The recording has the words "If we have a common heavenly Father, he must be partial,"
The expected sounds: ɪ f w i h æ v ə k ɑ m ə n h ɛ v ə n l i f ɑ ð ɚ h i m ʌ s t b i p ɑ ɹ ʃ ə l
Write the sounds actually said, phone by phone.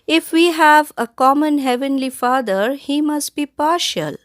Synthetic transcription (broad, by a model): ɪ f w i h æ v ə k ɑ m ə n h ɛ v ə n l i f ɑ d ɚ h i m ʌ s t b i p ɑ ɹ ʃ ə l